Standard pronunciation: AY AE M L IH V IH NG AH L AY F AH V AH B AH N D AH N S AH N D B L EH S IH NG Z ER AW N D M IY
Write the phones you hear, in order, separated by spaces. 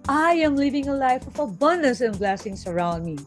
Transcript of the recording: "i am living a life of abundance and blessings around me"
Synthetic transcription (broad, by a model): AY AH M L IH V IH NG AH L AY F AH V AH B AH N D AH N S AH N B L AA S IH NG S ER AW N D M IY